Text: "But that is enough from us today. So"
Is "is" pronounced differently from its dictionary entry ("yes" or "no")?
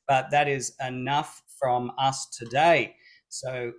no